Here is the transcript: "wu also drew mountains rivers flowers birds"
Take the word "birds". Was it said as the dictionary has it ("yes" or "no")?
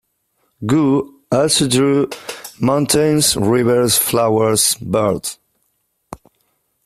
no